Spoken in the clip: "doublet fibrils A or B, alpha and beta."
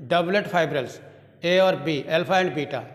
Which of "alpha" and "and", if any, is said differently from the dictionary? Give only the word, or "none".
alpha